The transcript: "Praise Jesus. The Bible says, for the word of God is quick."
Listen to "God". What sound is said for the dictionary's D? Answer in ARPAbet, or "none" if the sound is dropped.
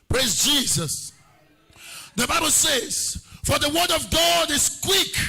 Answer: D